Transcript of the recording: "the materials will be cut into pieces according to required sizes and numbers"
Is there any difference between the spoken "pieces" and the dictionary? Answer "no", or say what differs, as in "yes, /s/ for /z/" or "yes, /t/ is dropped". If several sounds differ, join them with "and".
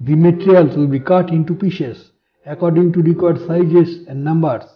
yes, /ʃ/ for /s/ and /s/ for /z/